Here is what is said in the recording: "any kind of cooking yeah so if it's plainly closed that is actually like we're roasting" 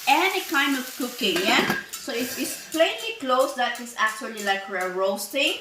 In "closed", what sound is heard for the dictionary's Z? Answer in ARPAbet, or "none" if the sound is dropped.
S